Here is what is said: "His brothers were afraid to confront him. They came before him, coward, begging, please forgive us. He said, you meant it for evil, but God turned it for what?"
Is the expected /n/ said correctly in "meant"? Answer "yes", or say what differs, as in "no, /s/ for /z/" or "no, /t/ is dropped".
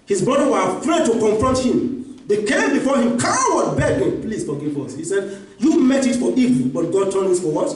no, /n/ is dropped